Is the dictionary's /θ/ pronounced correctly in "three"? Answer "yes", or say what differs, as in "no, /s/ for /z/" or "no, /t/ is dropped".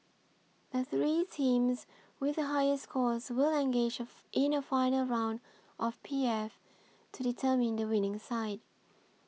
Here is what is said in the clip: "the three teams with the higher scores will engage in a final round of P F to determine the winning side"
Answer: yes